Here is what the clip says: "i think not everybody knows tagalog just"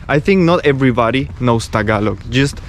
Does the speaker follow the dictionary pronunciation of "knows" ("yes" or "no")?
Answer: no